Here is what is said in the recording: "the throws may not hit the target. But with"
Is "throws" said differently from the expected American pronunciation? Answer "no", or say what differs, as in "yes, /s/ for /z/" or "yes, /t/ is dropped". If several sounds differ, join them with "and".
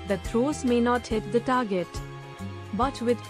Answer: yes, /t/ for /θ/